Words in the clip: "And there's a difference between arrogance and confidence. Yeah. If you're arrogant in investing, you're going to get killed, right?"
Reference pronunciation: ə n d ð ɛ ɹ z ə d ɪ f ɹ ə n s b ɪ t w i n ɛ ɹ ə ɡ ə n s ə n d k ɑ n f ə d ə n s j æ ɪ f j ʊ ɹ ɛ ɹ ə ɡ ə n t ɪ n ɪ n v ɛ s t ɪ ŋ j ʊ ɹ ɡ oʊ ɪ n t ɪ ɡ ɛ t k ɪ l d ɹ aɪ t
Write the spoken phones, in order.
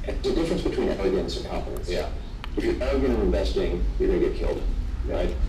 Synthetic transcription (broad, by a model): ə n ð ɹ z ə d ɪ f ɹ ə n s b ɪ t w i n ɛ l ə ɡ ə n s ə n k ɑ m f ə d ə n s j æ ɪ f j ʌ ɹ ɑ ə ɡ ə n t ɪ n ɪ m v ɛ s t ɪ ŋ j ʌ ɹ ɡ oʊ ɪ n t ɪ ɡ ɛ t k ɪ l d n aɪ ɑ